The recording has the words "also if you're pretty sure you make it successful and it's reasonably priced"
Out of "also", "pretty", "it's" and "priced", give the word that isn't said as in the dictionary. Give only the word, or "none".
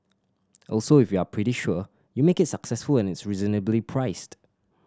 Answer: none